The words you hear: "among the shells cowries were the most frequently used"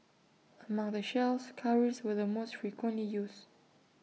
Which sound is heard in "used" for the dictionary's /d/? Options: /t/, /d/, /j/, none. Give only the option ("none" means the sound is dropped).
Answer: none